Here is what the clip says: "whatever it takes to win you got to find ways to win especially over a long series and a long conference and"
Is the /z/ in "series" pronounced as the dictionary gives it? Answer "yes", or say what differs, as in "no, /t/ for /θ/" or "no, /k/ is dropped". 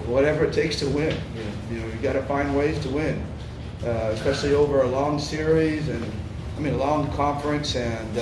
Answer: yes